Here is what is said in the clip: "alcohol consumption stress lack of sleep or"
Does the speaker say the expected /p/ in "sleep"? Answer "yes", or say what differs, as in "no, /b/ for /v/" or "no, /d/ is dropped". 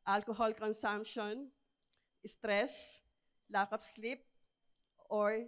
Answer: yes